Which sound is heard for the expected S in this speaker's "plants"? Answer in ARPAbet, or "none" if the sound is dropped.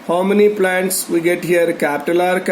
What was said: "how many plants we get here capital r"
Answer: S